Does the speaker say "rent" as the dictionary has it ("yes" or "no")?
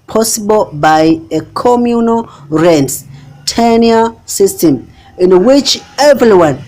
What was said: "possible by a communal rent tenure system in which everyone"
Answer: yes